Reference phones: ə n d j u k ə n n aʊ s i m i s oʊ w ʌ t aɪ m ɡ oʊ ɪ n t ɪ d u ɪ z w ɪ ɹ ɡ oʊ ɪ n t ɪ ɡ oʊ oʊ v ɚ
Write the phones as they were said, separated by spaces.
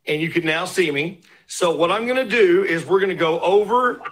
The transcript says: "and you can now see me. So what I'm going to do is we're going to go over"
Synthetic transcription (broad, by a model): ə n j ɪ k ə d n aʊ s i m i s oʊ w ʌ t aɪ m ɡ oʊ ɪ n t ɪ d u ɪ z w ɪ ɹ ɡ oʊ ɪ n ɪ ɡ oʊ oʊ v ɚ